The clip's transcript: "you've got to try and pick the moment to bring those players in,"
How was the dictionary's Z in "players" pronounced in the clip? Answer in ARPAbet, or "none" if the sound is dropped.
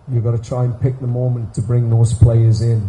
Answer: Z